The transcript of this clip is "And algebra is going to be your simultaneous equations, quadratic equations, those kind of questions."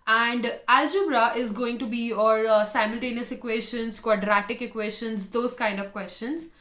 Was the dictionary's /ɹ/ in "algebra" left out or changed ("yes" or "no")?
no